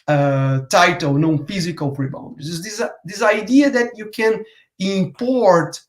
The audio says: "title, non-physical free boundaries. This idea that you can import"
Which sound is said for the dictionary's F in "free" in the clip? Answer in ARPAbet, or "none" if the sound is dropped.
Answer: P